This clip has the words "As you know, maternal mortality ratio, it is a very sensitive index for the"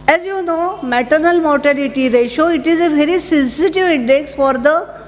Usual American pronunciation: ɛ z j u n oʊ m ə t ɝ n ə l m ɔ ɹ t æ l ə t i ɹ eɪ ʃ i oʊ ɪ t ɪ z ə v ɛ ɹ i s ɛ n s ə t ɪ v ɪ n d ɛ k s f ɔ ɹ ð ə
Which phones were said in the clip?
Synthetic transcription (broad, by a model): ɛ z j u n oʊ m ə t ɝ n ə l m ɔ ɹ t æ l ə t i ɹ eɪ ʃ oʊ ɪ t ɪ z ə v ɛ ɹ i s ɛ n s ə t ɪ v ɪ n d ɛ k s f ɔ ɹ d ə